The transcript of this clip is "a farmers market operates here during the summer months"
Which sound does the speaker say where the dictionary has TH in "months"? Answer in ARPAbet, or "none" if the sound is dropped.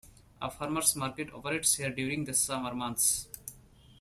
T